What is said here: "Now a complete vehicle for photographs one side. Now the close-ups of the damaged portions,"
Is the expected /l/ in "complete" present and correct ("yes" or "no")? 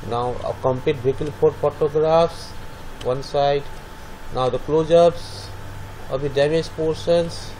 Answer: no